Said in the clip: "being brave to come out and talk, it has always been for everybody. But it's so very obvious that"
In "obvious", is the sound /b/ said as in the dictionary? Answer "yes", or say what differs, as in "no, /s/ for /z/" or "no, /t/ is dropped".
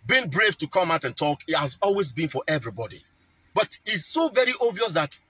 no, /b/ is dropped